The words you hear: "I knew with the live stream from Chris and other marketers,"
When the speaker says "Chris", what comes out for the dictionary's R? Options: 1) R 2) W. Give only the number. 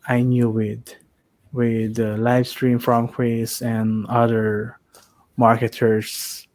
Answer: 2